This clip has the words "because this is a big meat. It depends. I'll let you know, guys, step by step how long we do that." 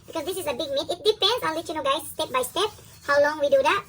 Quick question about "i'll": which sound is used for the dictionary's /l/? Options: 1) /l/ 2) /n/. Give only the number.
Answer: 2